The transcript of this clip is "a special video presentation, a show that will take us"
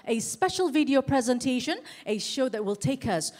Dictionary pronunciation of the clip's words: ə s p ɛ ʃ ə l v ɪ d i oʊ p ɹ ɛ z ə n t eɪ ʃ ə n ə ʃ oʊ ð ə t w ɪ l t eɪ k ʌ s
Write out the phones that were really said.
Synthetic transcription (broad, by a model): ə s p ɛ ʃ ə l v ɪ d i oʊ p ɹ ɛ z ə n t eɪ ʃ ə n ə ʃ oʊ ð ə t w ɪ l t eɪ k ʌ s